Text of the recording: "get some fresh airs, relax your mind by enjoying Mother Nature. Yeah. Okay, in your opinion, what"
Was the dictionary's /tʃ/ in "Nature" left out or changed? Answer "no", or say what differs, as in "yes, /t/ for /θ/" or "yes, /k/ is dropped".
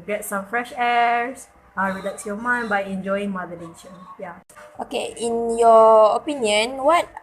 yes, /ʃ/ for /tʃ/